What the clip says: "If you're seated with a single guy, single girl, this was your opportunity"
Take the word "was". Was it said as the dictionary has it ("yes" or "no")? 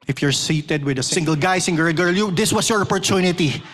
no